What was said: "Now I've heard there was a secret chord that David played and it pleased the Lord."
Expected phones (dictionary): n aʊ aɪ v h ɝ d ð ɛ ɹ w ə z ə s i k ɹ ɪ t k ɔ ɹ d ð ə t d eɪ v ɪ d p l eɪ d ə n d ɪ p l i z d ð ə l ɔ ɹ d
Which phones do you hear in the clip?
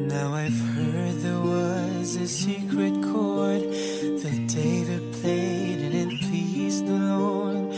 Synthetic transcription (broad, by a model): n aʊ aɪ v h ɝ d ð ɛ ɹ w ə z ə s i k ɹ ɪ t k ɔ ɹ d ð ə t d eɪ v ɪ d p l eɪ d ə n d ɪ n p i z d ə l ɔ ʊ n